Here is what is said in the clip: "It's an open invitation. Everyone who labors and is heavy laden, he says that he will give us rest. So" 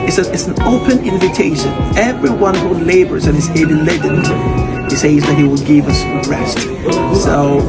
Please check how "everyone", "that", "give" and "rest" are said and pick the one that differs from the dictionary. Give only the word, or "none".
none